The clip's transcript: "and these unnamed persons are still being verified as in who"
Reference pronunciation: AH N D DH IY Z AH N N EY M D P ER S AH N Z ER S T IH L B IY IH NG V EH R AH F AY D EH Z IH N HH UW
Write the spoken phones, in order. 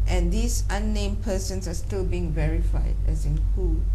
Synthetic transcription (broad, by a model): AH N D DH IY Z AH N N EY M P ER S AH N S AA S T IH L B IY IH NG V EH R AH F AY D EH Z IH N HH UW